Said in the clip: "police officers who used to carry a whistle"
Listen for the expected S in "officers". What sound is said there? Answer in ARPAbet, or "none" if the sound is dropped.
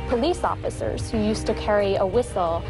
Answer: S